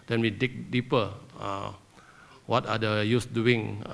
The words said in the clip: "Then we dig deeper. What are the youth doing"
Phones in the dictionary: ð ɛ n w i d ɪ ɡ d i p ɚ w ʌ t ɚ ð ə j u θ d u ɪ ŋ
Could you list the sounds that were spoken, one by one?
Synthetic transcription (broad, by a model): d ɛ n w i d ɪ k d i p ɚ w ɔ t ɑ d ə j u s d u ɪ ŋ